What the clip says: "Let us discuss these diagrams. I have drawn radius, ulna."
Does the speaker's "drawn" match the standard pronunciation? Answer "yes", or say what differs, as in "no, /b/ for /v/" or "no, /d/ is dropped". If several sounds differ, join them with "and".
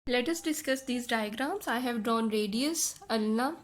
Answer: yes